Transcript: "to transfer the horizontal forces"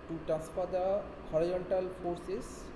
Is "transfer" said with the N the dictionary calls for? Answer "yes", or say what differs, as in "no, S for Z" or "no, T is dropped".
no, N is dropped